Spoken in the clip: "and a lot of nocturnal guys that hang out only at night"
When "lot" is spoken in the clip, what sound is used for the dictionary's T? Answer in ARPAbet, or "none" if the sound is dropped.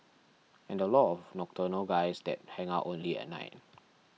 none